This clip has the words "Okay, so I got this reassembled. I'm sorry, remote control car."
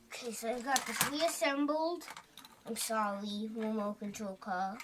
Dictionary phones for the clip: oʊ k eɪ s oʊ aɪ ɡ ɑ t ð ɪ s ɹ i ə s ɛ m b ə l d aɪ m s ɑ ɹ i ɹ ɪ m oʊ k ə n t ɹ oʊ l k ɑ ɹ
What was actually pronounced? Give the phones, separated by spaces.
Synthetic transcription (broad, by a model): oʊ k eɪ s oʊ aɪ ɡ ɑ t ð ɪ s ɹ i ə s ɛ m b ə l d aɪ m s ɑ l i w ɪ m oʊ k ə n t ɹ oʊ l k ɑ